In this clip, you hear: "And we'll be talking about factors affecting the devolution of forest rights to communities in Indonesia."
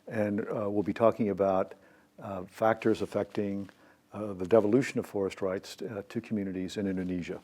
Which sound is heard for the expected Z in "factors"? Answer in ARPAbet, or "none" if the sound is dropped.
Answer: Z